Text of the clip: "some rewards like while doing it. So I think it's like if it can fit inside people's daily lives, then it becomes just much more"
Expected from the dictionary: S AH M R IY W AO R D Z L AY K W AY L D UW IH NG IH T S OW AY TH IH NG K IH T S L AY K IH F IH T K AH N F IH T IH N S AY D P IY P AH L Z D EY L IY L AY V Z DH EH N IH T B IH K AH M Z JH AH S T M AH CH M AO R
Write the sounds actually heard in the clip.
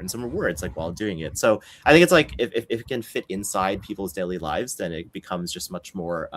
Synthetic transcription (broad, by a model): S AH M R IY W AO R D S L AY K W AY L D UW IH NG IH T S OW AY TH IH NG K IH T S L AY K IH F IH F K AH N F IH T IH N S AY D P IY P L Z D EY L IY L AY V Z DH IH N IH T B IH K AH M Z JH AH S T M AH CH M AO R